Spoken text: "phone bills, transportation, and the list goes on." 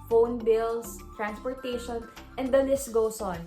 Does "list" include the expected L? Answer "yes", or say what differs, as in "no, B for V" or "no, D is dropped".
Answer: no, N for L